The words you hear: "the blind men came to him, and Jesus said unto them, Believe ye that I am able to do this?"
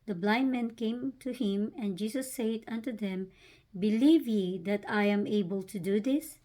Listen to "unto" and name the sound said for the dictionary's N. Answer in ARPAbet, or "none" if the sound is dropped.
N